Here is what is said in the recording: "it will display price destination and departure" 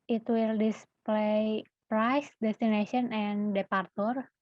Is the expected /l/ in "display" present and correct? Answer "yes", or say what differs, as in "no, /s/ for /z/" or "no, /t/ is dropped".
yes